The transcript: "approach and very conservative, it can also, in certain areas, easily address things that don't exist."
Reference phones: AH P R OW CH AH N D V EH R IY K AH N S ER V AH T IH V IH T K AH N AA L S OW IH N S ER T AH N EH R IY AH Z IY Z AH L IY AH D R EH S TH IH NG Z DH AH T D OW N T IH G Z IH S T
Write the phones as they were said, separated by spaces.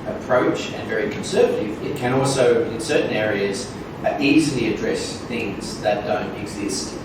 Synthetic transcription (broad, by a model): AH P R OW CH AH N V EH R IY K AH N S ER V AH T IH V IH T K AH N AA L S OW IH N S ER T N EH R IY AH Z IY Z L IY AH D R EH S TH IH NG Z DH AH T D OW N T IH G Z IH S T